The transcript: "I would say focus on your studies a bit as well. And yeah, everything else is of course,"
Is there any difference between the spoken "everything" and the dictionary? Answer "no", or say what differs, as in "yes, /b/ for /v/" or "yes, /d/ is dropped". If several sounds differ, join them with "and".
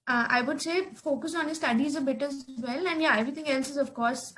yes, /t/ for /θ/